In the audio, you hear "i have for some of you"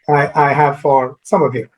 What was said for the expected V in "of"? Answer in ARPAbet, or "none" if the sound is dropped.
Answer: V